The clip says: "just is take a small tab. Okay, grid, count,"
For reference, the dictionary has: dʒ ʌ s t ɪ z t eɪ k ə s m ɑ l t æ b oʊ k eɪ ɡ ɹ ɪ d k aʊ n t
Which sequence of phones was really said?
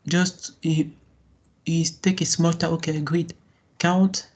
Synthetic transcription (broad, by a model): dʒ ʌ s t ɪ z t eɪ k ə s m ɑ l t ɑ oʊ k eɪ ɡ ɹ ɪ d k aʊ n t